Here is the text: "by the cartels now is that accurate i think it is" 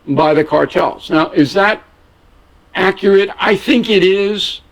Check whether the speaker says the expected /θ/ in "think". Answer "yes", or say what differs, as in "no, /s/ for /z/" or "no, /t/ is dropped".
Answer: yes